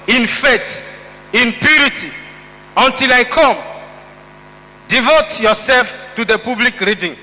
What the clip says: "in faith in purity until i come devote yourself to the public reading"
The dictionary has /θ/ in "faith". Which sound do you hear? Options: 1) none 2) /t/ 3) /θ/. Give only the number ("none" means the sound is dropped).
2